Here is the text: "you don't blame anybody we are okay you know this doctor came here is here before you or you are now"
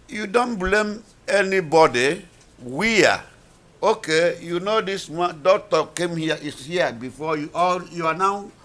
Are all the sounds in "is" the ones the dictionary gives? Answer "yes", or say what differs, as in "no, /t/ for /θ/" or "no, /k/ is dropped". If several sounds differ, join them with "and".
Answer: no, /s/ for /z/